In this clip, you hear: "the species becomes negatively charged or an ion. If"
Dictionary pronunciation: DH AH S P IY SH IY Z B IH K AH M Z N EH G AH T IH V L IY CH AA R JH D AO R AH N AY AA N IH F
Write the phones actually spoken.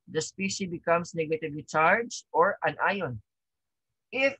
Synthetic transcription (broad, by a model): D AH S P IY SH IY B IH K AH M S N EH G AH T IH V L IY CH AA R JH AO R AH N AY AA N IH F